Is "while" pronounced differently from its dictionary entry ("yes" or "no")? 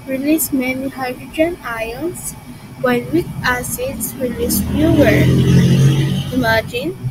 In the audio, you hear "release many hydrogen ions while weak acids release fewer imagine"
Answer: yes